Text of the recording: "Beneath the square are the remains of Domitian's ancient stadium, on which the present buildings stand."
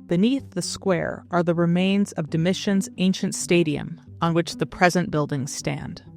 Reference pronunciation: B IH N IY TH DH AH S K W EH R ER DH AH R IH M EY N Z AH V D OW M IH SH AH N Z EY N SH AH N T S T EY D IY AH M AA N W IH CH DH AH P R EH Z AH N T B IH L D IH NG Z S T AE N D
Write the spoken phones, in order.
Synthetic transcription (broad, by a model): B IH N IY TH DH AH S K W EH R ER DH AH R IH M EY N Z AH V D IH M IH SH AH N Z EY N SH AH N T S T EY D IY AH M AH N W IH CH DH AH P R EH Z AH N B IH L D IH NG Z S T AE N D